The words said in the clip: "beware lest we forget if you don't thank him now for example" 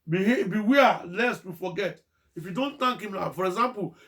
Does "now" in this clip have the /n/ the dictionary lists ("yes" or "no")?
no